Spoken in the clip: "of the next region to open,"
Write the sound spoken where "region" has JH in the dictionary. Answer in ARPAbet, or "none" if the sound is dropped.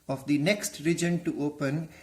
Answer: JH